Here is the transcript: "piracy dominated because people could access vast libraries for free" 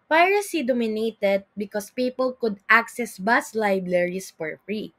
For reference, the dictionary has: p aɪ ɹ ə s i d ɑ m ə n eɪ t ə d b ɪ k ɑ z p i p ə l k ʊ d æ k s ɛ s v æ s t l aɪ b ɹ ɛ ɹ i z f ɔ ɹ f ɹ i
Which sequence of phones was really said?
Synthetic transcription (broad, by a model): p aɪ ɹ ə s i d ɑ m ə n eɪ t ə d b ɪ k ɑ s p i p ə l k ʊ d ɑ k s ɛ s b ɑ s l aɪ b ɹ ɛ ɹ i s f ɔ ɹ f ɹ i